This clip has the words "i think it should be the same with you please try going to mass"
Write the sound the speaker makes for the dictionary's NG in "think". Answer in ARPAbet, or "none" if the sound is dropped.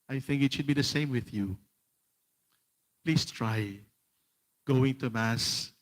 NG